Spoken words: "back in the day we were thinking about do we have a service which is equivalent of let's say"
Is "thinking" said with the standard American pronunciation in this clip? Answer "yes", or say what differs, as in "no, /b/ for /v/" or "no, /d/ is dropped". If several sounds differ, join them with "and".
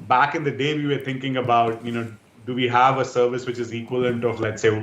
no, /t/ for /θ/